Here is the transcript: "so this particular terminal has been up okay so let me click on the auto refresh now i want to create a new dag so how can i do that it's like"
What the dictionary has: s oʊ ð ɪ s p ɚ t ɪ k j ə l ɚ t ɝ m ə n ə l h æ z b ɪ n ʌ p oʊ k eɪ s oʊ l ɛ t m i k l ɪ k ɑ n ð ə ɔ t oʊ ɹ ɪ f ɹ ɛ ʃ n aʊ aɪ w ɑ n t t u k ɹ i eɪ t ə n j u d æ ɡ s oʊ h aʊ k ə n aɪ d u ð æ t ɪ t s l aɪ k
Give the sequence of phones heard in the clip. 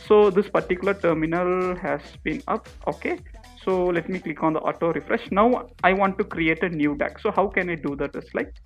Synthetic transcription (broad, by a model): s oʊ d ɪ s p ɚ t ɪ k j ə l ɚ t ɝ m ə n ə l h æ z b ɪ n ʌ p oʊ k eɪ s oʊ l ɛ t m i k l ɪ k ɑ n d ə ɔ t oʊ ɹ ɪ f ɹ ɛ ʃ n aʊ aɪ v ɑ n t t u k ɹ i eɪ t ə n j u d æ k s oʊ h aʊ k ə n aɪ d u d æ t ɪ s l aɪ k